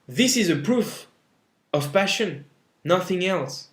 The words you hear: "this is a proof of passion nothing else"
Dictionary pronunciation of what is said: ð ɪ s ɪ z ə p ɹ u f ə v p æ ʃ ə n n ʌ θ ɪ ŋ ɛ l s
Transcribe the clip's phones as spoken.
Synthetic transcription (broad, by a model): ð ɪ s ɪ z ə p ɹ u f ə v p æ ʃ ə n n ʌ θ ɪ ŋ ɛ l s